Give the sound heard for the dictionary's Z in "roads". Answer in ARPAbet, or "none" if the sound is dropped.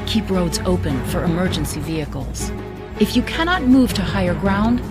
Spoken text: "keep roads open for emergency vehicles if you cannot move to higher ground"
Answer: Z